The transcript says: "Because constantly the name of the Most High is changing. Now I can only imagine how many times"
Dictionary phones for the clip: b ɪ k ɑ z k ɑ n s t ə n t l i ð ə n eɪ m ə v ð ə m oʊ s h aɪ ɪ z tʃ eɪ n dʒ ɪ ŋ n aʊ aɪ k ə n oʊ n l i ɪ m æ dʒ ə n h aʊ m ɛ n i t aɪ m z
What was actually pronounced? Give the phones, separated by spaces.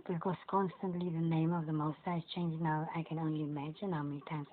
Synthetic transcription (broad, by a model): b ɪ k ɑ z k ɑ n s t ə n t l i ð ə n eɪ m ə v ð ə m oʊ s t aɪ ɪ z tʃ eɪ n dʒ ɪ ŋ n aʊ aɪ k ə n oʊ n l i ɪ m æ dʒ ə n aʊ m ɛ n i t aɪ m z